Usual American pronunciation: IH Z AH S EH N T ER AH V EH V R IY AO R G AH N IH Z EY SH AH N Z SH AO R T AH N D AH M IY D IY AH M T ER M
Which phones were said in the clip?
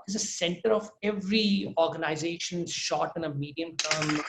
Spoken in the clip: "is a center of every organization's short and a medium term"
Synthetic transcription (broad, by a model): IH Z AH S EH N T ER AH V EH V R IY AO R G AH N IH Z EY SH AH N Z SH AO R T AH N AH M IY D IY AH M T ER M